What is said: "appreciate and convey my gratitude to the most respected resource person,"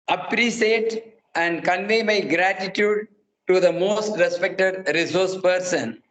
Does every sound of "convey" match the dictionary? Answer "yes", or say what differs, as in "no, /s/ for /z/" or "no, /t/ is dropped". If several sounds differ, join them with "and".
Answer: yes